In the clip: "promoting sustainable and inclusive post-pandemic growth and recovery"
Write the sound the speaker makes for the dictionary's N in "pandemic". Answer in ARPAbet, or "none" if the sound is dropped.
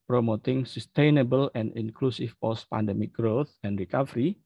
N